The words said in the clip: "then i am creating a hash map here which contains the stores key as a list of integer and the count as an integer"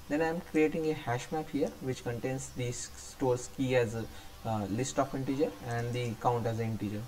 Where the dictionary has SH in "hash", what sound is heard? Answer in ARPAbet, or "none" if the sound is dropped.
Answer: SH